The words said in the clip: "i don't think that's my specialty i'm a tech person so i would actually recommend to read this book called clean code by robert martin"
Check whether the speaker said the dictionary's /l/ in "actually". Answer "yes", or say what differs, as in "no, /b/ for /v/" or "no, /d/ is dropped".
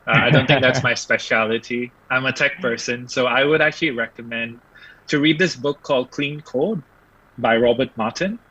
yes